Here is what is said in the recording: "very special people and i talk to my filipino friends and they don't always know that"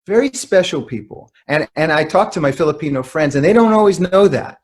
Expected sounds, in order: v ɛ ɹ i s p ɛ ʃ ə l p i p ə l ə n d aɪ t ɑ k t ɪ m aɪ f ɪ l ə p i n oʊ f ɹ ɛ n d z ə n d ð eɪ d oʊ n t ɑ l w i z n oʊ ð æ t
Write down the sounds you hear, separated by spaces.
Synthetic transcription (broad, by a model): v ɛ ɹ i s p ɛ ʃ l p i p l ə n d aɪ t ɑ k t ɪ m aɪ f ɪ l ə p i n oʊ f ɹ ɛ n d z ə n ð eɪ d oʊ n t ɑ l w i z n oʊ ð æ t